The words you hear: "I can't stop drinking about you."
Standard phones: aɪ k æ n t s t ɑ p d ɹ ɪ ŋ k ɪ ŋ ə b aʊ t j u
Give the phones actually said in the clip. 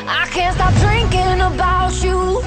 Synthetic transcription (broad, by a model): aɪ k æ n t s t ɑ p d ɹ ɪ ŋ k ɪ ŋ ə b aʊ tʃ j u